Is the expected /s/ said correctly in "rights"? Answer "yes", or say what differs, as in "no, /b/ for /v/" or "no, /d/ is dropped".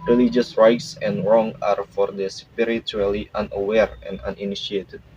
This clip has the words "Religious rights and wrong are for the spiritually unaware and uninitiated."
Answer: yes